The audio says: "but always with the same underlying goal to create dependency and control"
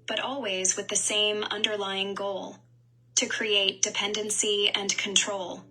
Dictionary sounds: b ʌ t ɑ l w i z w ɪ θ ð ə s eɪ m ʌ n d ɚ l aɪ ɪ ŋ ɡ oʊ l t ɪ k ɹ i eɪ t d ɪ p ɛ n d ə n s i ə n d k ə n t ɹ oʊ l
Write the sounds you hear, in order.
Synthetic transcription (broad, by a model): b ʌ t ɑ l w i z w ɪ ð ə s eɪ m ʌ n d ɚ l aɪ ɪ ŋ ɡ oʊ l t ɪ k ɹ i eɪ t d ɪ p ɛ n d ə n s i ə n k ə n t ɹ oʊ l